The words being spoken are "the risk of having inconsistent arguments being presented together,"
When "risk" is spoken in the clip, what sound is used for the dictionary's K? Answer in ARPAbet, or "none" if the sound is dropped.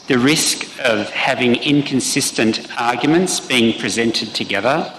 K